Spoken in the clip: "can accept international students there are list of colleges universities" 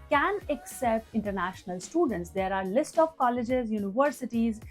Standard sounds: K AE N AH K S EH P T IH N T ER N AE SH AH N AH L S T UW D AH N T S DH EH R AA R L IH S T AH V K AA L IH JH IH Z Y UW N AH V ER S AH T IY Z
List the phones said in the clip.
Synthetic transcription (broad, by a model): K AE N AH K S EH P T IH N T ER N AE SH AH N AH L S T UW D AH N T S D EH R AA R L IH S T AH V K AA L IH JH IH Z Y UW N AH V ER S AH T IY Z